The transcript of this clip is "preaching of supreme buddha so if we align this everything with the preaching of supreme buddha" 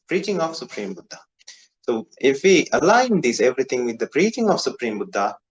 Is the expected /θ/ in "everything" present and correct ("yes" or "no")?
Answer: no